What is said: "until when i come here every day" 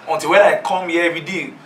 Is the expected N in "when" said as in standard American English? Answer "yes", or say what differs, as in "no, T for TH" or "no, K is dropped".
no, N is dropped